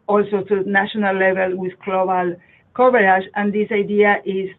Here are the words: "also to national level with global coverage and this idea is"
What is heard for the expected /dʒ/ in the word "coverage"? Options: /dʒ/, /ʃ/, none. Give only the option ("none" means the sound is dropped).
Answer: /ʃ/